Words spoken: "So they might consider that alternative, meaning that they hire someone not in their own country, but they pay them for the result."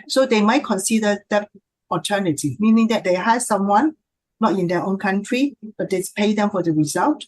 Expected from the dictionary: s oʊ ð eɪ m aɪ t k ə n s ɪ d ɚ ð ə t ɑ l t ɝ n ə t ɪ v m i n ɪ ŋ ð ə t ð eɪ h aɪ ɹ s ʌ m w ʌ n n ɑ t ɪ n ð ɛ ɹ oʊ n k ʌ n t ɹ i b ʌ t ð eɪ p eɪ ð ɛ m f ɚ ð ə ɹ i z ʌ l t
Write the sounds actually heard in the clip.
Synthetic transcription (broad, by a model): s oʊ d eɪ m aɪ t k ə n s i d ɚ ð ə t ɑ t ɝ n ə t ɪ m i n ɪ ŋ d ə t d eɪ h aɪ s s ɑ m w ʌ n n ɑ t ɪ n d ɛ oʊ n k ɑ n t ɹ i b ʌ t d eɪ p eɪ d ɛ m f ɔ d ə ɹ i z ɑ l t